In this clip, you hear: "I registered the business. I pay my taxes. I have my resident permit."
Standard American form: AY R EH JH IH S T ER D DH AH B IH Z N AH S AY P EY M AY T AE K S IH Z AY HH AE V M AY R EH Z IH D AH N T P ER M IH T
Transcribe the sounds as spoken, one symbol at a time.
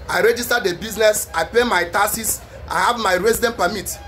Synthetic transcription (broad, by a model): AY R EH JH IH S T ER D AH B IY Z N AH S AY P EY M AY T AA S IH S AY HH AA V M AY R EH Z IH D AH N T P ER M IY T